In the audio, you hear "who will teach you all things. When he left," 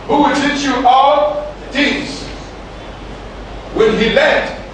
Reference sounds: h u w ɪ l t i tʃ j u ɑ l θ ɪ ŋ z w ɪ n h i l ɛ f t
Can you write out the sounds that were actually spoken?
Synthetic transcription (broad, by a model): h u w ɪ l t i tʃ j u ɑ l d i z w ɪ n h i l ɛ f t